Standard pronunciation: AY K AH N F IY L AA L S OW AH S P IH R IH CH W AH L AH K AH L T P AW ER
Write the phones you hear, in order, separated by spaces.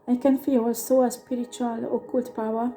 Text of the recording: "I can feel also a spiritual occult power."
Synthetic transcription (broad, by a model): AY K AH N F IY W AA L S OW AH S P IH R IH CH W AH L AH K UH L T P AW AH